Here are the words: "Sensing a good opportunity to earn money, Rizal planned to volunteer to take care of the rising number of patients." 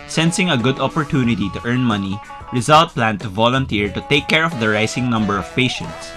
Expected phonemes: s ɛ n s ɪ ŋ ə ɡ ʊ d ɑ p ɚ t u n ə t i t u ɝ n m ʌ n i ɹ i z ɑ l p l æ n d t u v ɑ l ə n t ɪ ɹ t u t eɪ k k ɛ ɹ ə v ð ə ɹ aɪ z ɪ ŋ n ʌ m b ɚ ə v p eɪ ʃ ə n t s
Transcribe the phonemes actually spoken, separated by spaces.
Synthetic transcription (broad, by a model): s ɛ n s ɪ ŋ ə ɡ ʊ d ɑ p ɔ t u n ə t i t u ɝ n m ʌ n i ɹ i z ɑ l p l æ n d t u v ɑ l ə n t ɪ ɹ t u t eɪ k k ɛ ɹ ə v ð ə ɹ aɪ s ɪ ŋ n ʌ m b ɚ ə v p eɪ ʃ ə n t s